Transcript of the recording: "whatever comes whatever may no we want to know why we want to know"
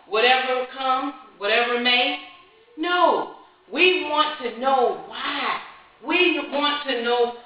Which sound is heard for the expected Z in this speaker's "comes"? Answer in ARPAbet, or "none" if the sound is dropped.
none